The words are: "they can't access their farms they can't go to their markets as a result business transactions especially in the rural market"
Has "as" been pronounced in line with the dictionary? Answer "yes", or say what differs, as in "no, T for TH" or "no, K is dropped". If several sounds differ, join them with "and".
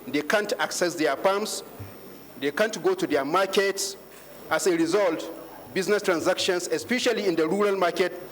no, S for Z